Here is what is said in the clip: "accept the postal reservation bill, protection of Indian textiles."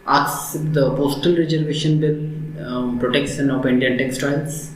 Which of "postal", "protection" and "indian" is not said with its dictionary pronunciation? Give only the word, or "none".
protection